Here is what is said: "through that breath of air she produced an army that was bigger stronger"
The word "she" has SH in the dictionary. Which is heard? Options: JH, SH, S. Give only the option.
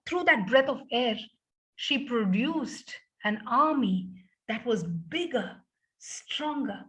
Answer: SH